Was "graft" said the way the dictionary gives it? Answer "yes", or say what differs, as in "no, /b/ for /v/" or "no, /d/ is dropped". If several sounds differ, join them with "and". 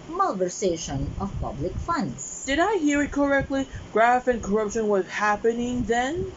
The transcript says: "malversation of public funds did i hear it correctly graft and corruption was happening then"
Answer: no, /t/ is dropped